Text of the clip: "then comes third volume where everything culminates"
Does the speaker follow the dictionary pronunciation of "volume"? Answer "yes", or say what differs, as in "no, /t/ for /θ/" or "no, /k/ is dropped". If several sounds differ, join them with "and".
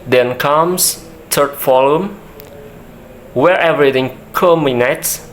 no, /f/ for /v/